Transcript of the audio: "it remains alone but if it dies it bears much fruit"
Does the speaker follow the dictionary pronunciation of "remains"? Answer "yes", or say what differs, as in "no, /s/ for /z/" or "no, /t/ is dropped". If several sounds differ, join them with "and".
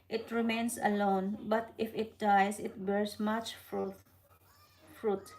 no, /s/ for /z/